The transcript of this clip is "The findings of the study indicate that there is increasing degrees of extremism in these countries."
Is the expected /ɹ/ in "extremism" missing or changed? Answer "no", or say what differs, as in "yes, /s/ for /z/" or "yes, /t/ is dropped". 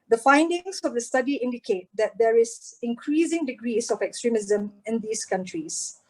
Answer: no